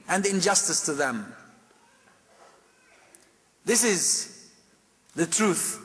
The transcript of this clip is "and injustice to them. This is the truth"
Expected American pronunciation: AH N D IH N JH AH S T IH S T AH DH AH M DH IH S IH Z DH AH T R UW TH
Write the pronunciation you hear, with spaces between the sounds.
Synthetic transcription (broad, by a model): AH N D IH N JH AH S T IH S T AH DH AH M DH IH S IH Z DH AH T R UW TH